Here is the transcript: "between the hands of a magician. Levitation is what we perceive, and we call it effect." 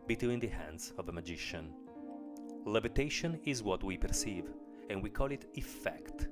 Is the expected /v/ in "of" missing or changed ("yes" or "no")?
no